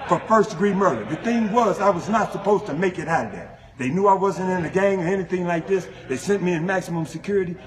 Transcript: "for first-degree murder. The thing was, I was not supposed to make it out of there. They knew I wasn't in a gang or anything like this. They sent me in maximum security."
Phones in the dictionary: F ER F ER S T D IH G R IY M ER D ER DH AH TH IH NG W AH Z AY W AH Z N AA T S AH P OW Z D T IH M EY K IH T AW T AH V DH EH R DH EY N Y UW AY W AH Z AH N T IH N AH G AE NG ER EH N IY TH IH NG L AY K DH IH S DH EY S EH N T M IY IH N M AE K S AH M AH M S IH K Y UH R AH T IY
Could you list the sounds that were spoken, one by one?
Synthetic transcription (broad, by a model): F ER F ER S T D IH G R IY M ER D ER DH AH TH IH NG W AH Z AY W AH Z N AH T S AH P OW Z T IH M EY K IH T AW T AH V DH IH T DH EY N Y UW AY W AH Z AH N T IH N AH G AE NG ER EH N IY TH IH NG L AY K DH IH S DH EY S EH N M IY IH N M AE K S AH M AH M S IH K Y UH R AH T IY